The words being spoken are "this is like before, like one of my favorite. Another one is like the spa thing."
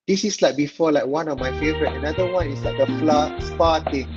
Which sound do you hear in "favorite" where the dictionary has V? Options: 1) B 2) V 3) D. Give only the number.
2